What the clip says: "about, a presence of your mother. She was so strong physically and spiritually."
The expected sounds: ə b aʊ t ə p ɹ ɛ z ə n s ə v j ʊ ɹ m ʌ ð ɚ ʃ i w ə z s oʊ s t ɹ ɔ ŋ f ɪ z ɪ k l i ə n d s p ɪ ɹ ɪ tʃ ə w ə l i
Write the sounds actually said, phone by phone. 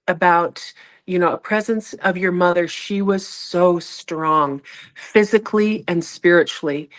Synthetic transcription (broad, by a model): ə b aʊ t ə p ɹ ɛ z ə n s ə v j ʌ ɹ m ʌ ð ɚ ʃ i w ə z s oʊ s t ɹ ɔ ŋ f ɪ z ɪ k l i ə n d s p ɪ ɹ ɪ tʃ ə l i